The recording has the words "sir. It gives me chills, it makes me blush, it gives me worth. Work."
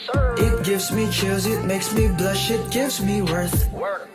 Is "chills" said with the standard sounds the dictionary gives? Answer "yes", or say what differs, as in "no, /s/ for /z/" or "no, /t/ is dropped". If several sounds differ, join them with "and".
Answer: no, /l/ is dropped